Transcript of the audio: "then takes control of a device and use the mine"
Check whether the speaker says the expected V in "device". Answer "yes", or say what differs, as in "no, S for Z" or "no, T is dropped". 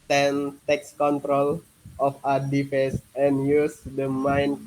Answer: no, F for V